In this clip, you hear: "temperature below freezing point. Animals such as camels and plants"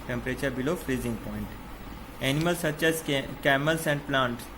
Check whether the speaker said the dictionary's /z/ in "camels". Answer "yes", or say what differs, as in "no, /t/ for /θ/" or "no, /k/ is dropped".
no, /s/ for /z/